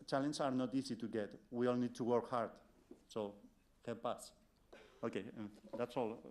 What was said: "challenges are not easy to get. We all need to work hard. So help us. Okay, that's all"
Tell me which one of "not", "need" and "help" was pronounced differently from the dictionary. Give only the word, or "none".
help